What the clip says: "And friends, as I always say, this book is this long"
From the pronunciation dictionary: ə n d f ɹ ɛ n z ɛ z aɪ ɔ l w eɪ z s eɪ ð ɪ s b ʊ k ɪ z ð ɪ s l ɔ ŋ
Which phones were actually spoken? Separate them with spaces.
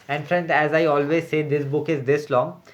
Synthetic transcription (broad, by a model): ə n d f ɹ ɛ n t ɛ z aɪ ɔ l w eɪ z s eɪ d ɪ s b ʊ k ɪ z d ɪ s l ɔ ŋ